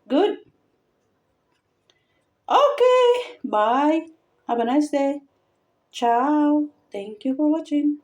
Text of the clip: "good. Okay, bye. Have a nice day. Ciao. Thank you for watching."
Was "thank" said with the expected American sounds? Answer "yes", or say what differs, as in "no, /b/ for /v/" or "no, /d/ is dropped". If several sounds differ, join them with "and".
no, /t/ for /θ/